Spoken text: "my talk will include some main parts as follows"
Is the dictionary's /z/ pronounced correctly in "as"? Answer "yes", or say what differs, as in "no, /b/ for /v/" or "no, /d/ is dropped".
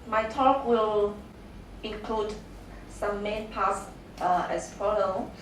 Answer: no, /s/ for /z/